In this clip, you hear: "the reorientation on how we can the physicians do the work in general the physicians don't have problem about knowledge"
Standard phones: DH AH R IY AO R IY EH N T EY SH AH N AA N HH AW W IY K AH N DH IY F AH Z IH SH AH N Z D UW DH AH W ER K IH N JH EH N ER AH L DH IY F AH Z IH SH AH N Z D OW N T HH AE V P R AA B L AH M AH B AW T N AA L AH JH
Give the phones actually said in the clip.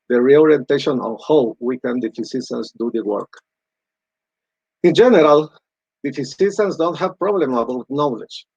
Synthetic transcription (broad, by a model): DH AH R IY AO R IY EH N T EY SH AH N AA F HH AW W IY K AH N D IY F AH S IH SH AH N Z D UW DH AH W ER K IH N JH EH N ER AH L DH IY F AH S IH S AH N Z D OW N T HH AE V P R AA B L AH M AH B AW T N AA L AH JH